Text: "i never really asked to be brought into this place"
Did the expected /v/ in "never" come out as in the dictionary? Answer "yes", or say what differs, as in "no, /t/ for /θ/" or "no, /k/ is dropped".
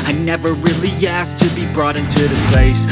yes